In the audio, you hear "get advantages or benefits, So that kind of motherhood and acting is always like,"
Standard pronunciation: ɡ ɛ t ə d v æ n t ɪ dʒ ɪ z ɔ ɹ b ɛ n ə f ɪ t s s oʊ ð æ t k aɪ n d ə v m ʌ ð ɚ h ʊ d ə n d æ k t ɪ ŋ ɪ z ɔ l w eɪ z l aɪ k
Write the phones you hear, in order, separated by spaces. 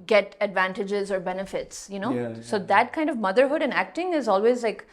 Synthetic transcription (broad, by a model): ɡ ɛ t ə d v æ n t ɪ dʒ ɪ z ɔ ɹ b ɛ n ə f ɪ t s s oʊ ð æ t k aɪ n d ə v m ʌ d ɚ h ʊ d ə n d æ k t ɪ ŋ ɪ z ɔ l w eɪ z l aɪ k